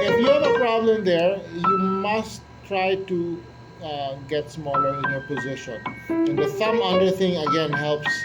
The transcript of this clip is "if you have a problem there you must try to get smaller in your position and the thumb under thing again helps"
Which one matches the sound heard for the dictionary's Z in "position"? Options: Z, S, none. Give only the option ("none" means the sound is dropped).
Z